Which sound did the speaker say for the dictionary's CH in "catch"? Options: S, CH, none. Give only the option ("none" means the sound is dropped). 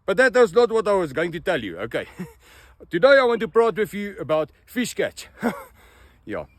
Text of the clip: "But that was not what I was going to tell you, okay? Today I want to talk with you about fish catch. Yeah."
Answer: CH